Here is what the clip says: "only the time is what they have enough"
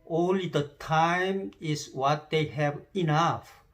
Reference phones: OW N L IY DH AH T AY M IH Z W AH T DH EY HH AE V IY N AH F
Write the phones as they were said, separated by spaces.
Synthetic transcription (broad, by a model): OW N L IY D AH T AY M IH S W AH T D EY HH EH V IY N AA F